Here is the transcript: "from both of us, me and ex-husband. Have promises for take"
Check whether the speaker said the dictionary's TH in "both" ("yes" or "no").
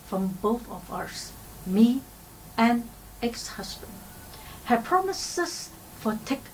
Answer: yes